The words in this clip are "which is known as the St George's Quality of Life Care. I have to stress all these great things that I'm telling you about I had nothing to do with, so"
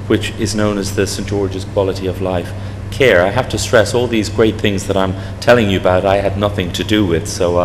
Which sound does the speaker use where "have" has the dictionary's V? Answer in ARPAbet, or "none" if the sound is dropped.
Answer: F